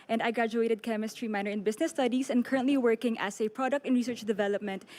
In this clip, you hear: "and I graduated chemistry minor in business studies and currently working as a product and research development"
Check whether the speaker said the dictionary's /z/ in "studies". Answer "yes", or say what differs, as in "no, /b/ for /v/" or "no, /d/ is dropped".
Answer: no, /s/ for /z/